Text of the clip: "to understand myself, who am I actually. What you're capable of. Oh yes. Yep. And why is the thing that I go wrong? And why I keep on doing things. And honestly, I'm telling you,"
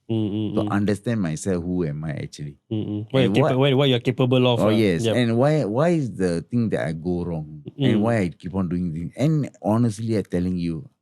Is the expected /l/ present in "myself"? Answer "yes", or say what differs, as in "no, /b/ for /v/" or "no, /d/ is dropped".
yes